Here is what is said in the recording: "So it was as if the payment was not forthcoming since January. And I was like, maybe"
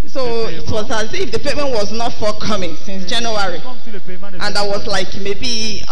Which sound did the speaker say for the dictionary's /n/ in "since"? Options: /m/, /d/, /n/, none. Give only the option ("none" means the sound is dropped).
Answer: /n/